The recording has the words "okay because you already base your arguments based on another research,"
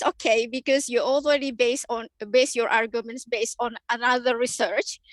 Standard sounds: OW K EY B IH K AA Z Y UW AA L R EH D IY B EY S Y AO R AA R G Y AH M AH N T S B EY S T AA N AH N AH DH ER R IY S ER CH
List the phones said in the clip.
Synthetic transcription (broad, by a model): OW K EY B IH K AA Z Y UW AA L R EH D IY B EY S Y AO R AA R G Y AH M AH N T S B EY S T AA N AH N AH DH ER R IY S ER CH